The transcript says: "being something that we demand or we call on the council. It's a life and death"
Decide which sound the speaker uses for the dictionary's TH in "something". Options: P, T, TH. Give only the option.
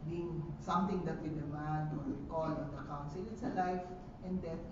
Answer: T